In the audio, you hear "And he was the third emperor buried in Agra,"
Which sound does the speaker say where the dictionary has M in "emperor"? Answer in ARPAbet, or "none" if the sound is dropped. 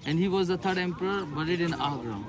M